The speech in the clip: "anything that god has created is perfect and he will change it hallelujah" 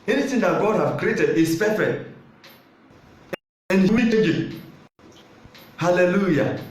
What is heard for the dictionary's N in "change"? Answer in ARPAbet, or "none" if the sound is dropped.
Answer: none